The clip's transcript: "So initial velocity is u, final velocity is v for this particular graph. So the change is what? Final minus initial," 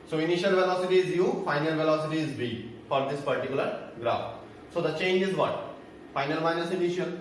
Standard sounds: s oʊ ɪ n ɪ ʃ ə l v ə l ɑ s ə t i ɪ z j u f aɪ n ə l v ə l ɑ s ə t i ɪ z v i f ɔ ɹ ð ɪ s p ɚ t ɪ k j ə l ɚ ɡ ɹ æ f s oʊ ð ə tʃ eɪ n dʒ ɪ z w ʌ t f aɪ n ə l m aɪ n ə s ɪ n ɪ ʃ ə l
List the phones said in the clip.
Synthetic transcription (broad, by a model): s oʊ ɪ n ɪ ʃ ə l v ə l ɑ s ə t i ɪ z j u f aɪ n ə l v ə l ɑ s ə t i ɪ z b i f ɔ ɹ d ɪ s p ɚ t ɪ k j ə l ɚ ɡ ɹ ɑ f s oʊ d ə tʃ eɪ n dʒ ɪ z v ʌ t f aɪ n ə l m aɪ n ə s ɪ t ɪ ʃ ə